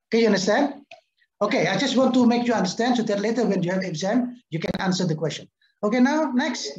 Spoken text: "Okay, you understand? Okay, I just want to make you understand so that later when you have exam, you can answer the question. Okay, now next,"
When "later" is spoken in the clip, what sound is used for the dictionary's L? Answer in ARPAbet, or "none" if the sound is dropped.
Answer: L